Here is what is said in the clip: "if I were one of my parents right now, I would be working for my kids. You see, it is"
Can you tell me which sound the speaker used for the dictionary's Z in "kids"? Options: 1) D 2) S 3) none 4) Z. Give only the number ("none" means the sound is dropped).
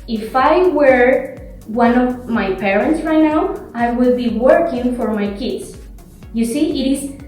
2